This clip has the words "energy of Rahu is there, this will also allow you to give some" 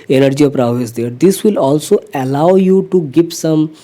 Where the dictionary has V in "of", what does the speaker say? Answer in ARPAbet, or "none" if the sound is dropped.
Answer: P